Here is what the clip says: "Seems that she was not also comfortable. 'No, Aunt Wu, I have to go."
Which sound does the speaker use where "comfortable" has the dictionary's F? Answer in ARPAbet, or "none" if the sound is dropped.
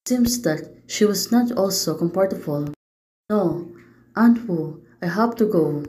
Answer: P